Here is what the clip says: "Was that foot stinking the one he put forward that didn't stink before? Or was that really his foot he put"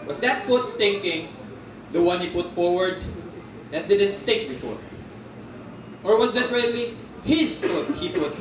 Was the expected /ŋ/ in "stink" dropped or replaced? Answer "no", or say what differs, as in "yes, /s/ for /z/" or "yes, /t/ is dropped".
yes, /ŋ/ is dropped